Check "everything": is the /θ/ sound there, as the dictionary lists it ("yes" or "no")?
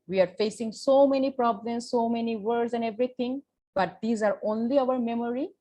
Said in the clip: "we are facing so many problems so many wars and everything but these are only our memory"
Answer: no